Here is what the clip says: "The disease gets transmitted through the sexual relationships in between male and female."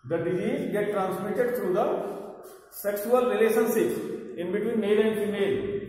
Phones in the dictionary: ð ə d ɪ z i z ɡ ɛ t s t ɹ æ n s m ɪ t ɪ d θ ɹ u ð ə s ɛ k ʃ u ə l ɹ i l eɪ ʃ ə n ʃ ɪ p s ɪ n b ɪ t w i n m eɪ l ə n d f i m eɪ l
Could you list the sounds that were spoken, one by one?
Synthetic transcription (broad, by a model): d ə d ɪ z i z ɡ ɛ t t ɹ æ n s m ɪ t ɪ d t ɹ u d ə s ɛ k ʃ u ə l ɹ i l eɪ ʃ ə n s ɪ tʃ ɪ n b ɪ t w i n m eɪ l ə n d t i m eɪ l